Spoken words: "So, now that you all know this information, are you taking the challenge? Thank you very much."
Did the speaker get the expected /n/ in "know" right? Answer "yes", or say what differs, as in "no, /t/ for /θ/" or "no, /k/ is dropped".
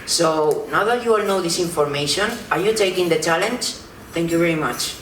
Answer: yes